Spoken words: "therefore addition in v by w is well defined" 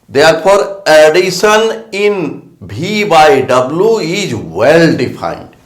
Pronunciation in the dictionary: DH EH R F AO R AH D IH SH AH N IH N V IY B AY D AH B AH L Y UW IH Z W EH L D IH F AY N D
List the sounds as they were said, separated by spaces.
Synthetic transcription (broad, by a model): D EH R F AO R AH D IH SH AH N IH N B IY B AY D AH B L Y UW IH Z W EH L D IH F AY N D